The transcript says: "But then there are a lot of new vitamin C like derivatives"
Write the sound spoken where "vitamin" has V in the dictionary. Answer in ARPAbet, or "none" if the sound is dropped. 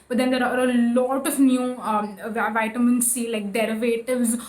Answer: V